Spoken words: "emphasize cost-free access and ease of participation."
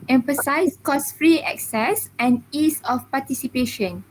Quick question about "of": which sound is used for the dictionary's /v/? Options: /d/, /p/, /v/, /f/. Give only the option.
/f/